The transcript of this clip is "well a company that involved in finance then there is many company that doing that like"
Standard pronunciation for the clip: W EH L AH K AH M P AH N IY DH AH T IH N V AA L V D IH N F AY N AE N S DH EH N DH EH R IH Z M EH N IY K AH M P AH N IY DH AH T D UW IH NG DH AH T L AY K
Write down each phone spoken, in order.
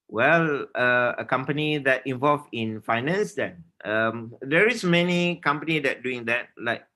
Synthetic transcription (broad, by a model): W EH L AH K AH M P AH N IY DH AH T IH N V AA L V IH N F AY N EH N S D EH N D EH R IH S M EH N IY K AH M P AH N IY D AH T D UW IH NG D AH T L AY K